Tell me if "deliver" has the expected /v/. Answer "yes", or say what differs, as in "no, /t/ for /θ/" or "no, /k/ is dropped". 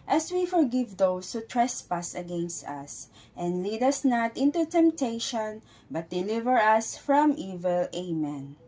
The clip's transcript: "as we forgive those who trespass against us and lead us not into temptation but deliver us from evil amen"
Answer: yes